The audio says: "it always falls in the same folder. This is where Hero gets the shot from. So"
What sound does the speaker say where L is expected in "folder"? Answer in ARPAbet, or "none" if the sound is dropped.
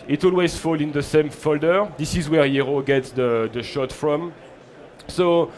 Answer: L